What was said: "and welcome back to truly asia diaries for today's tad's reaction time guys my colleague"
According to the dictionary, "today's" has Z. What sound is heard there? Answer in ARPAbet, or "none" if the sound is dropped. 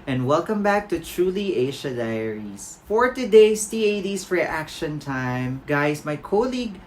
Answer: S